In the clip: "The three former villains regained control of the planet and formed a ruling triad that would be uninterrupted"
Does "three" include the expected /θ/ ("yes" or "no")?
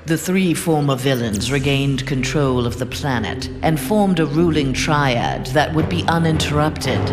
yes